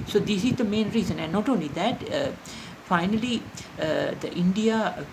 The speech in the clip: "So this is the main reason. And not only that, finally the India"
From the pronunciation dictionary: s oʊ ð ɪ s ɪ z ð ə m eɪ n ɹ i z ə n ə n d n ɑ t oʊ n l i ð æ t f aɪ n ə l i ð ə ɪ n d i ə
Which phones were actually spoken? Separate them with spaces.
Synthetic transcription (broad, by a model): s oʊ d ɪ s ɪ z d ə m eɪ n ɹ i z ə n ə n n ɑ t oʊ n l i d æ t f aɪ n ə l i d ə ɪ n d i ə